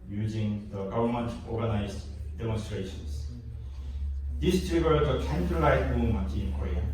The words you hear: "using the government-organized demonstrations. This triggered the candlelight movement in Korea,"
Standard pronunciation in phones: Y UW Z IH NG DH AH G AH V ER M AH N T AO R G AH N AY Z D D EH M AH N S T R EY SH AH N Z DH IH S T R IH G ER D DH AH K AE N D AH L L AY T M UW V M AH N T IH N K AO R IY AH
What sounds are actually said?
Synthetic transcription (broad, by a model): Y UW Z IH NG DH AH G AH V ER M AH N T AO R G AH N AY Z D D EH M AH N S T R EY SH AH N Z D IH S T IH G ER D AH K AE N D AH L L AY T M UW M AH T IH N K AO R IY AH